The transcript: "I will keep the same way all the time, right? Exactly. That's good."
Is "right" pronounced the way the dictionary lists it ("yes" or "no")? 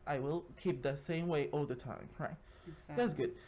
no